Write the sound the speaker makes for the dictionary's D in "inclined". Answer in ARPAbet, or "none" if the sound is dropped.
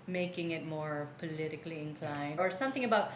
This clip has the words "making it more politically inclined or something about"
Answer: none